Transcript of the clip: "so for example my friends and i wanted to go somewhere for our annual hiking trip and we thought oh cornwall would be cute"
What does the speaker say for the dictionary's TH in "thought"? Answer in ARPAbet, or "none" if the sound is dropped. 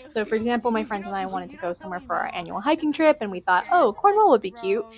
TH